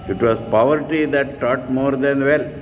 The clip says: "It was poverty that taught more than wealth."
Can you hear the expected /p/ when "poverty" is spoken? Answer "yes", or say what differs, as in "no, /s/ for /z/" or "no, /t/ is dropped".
yes